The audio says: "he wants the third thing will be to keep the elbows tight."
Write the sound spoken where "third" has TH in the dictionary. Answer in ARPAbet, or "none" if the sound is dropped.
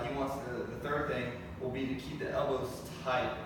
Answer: TH